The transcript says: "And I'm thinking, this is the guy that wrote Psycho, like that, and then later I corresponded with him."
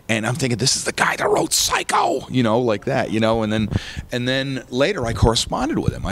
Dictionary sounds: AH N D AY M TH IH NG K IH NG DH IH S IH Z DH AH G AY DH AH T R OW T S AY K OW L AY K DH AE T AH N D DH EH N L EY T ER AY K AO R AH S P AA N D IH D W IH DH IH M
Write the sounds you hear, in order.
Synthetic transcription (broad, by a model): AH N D AY M TH IH NG K IH NG DH IH S IH Z DH AH G AY DH AH T R OW T S AY K OW L AY K DH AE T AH N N DH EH N L EY T ER AY K AO R AH S P AA N D IH D W IH DH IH M